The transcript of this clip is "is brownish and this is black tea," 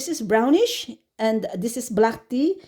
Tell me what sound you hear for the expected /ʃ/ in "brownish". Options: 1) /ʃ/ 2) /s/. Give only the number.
1